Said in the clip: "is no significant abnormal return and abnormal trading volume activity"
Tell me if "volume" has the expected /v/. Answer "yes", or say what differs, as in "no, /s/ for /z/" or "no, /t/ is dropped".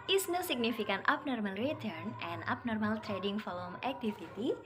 no, /f/ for /v/